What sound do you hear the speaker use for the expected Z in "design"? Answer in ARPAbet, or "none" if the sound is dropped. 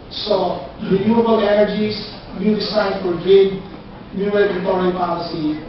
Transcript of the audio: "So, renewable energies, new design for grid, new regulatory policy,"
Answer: S